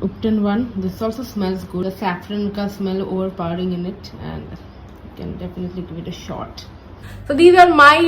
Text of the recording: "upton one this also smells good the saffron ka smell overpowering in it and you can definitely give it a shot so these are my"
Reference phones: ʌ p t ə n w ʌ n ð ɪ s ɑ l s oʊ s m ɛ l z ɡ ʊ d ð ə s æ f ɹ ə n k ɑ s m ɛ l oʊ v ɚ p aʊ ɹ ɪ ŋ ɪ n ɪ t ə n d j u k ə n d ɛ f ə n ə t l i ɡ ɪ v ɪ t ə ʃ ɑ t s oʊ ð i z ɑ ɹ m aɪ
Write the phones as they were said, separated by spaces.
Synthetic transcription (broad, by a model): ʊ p t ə n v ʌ n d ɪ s ɑ l s oʊ s m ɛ l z ɡ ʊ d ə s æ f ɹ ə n k ɑ s m ɛ l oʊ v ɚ p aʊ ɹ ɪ ŋ ɪ n ɪ t ə n d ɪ k ə n d ɛ f ə n ə t l i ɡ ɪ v ɪ t ə ʃ ɑ t s oʊ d i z ɑ ɹ m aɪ